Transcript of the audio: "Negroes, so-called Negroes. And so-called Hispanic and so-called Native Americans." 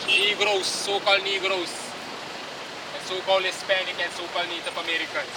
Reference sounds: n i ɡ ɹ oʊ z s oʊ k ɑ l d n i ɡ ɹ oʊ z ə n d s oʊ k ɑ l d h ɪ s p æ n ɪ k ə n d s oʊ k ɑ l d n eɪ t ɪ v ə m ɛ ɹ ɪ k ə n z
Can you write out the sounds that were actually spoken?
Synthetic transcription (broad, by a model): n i ɡ ɹ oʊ s oʊ k ɑ l d n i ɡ ɹ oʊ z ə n s oʊ k ɑ l d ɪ s p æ n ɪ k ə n s oʊ k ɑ l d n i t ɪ p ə m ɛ ɹ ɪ k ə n